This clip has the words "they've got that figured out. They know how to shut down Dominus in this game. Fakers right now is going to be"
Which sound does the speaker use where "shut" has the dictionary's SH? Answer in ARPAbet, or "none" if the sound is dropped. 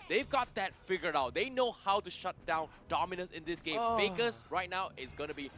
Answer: SH